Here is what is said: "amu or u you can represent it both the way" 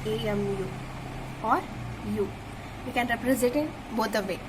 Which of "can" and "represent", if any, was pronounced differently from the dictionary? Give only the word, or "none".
represent